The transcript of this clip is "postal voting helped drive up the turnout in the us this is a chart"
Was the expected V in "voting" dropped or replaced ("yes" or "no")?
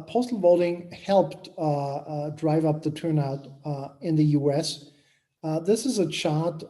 no